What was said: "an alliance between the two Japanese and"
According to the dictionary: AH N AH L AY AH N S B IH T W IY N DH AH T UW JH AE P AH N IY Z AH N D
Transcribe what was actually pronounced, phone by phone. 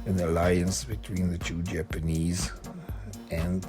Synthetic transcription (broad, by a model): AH N AH L AY AH N S B IH T W IY N DH AH T UW JH AE P AH N IY Z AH N